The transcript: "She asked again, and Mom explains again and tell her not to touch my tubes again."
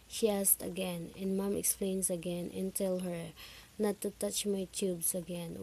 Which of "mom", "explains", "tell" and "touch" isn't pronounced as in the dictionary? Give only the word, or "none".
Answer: explains